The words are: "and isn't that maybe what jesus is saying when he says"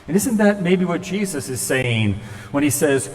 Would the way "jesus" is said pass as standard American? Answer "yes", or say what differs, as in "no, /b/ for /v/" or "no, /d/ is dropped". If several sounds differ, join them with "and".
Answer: yes